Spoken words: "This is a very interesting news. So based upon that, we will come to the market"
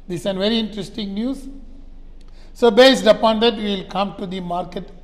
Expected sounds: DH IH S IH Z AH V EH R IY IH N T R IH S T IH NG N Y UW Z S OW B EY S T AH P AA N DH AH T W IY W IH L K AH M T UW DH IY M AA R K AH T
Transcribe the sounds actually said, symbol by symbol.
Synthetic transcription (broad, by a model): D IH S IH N V EH R IY IH N T R IH S T IH NG N Y UW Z S OW B EY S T AH P AA N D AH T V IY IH L K AH M T UW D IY M AA R K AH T